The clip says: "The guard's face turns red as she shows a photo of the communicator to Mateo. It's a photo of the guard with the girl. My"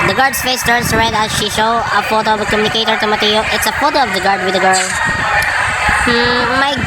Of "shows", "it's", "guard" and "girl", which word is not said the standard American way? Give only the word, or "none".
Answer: shows